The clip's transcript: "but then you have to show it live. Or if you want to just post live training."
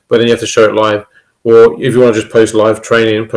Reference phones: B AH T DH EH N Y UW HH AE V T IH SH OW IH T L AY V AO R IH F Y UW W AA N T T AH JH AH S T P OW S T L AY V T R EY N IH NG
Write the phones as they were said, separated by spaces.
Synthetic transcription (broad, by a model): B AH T DH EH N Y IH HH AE F T IH SH OW IH T L AY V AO L IH F Y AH W AA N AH JH AH S P OW S T L AY V T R EY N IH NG